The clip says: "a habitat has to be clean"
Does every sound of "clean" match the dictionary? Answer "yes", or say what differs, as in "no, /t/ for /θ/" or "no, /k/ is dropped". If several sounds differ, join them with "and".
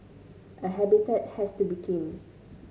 no, /l/ is dropped